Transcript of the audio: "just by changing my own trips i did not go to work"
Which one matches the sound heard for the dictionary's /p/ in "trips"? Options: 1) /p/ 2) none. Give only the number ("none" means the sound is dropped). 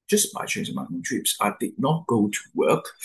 1